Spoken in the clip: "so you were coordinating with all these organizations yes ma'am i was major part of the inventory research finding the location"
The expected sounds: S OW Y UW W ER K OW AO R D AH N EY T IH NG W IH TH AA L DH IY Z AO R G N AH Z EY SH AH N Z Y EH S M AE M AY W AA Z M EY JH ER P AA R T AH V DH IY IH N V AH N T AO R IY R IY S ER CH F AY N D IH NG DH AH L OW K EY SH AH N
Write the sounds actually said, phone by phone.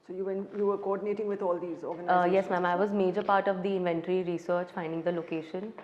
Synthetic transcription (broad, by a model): S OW Y UW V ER K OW AO D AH N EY T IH NG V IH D AA L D IY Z AO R G AH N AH Y EH S M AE M AY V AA Z M EY JH ER P AA R T AH V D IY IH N V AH N T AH R IY R IY S ER CH F AY N D IH NG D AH L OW K EY SH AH N